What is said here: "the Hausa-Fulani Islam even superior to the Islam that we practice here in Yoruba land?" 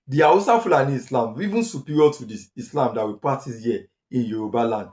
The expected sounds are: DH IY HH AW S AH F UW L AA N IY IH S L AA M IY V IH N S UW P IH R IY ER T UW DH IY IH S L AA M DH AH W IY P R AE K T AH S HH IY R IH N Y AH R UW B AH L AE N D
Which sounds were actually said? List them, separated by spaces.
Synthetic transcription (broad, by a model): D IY AW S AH F UW L AA N IY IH S L AA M IY V IH N S UW P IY R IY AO T UW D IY IH S L AA M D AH W IY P AA T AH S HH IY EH IH N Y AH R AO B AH L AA N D